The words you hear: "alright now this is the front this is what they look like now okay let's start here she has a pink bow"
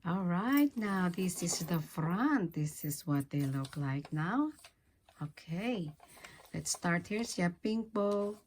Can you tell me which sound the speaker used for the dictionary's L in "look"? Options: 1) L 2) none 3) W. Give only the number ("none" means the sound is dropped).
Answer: 1